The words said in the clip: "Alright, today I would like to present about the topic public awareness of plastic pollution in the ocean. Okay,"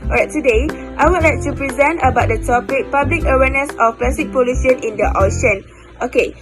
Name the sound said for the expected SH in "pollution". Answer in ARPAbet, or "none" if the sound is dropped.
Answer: S